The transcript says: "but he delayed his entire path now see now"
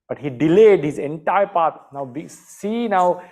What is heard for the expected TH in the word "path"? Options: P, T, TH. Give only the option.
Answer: T